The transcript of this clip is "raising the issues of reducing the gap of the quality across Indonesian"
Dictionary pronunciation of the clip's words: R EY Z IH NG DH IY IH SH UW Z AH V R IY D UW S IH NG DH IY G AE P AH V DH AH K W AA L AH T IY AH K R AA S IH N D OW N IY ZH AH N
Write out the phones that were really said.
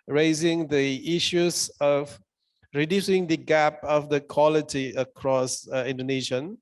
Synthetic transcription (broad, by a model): R EY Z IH NG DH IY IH SH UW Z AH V R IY D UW S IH NG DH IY G AE P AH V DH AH K W AA L AH T IY AH K R AA S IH N D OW N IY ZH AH N